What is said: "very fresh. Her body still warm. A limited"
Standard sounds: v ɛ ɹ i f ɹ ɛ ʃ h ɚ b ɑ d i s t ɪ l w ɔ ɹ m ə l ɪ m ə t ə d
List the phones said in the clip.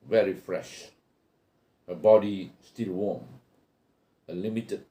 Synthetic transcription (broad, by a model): v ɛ ɹ i f ɹ ɛ ʃ h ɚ b ɑ d i s t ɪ l w ɔ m ə l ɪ m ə t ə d